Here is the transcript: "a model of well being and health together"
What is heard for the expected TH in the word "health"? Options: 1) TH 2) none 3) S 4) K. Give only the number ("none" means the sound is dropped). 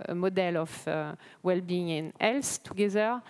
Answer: 3